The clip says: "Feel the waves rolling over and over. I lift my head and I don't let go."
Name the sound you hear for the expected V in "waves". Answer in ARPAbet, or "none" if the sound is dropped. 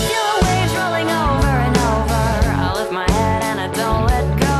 none